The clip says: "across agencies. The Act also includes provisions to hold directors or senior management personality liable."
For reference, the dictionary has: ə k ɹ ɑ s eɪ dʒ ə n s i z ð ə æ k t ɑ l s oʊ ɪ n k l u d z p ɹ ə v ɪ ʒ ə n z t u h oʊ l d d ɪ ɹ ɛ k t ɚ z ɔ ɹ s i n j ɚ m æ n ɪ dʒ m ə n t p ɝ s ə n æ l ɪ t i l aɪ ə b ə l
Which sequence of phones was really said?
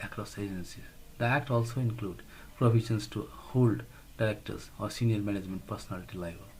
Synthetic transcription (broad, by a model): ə k ɹ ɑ s eɪ dʒ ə n s i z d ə æ k t ɑ l s oʊ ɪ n k l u d p ɹ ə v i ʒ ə n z t u h oʊ l d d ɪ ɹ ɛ k t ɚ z ɔ ɹ s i n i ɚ m æ n ɪ dʒ m ə n t p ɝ s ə n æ l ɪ t i l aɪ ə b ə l